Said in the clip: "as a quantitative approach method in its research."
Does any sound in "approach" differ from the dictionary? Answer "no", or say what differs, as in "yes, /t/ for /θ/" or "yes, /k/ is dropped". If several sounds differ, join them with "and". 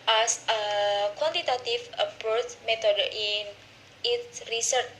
yes, /ɹ/ is dropped